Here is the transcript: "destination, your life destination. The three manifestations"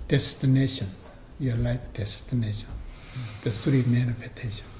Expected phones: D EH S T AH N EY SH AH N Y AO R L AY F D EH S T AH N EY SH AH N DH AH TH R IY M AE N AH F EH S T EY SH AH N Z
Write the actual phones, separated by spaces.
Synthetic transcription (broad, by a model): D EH S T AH N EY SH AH N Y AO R L AY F D EH S T AH N EY SH AH N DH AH S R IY M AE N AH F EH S T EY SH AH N